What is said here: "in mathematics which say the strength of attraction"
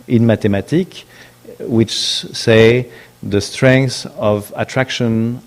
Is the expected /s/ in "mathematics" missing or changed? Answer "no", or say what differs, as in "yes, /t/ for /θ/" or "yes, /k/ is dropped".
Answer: yes, /s/ is dropped